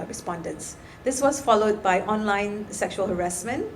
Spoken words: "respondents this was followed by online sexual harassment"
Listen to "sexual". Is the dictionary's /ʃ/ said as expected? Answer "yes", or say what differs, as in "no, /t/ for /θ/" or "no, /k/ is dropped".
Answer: yes